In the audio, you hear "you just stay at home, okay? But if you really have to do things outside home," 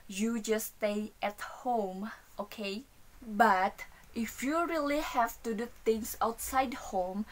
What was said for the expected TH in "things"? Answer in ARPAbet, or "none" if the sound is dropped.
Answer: T